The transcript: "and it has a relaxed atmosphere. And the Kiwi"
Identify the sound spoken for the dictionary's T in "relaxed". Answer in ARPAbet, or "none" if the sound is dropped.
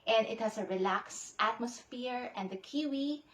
T